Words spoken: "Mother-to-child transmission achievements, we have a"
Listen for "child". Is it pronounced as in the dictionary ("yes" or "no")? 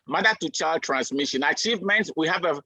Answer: yes